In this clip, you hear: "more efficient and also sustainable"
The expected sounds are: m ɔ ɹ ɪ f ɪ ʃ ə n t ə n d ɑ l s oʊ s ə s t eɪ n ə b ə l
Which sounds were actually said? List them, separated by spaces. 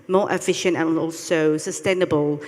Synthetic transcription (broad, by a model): m ɔ ɹ ɪ f ɪ ʃ ə n t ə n ɑ l s oʊ s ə s t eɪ n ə b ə l